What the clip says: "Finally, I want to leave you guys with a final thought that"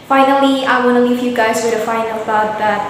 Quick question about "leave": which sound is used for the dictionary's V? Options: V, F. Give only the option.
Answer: F